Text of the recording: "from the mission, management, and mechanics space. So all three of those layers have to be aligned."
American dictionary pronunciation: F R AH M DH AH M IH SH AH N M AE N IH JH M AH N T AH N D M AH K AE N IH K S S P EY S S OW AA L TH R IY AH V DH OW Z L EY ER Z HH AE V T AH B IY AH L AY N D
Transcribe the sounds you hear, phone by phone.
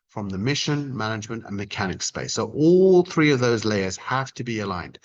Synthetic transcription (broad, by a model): F R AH M DH AH M IH SH AH N M AE N IH JH M AH N T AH N M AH K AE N IH K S S P EY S S OW AA L TH R IY AH V DH OW Z L EY ER Z HH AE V T AH B IY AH L AY N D